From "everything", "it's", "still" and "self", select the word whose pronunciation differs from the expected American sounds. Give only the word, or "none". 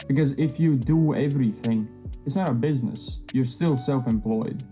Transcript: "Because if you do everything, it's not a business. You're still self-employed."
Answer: none